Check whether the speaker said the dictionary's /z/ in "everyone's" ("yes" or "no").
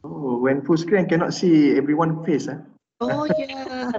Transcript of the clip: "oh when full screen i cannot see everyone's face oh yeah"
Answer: no